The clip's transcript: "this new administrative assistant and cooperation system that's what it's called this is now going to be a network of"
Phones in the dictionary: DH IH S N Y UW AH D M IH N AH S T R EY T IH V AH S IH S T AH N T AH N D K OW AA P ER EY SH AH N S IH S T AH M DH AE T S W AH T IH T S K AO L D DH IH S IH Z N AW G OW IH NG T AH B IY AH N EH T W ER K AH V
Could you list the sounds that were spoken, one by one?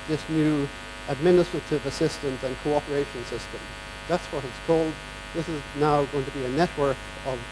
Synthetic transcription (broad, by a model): DH IH S N Y UW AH D M IH N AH S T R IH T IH V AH S IH S T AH N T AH N K OW AA P ER EY SH AH N S IH S T AH M DH AE T S W AH T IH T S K AO L D DH IH S IH Z N AW G OW IH NG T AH B IY AH N EH T W ER K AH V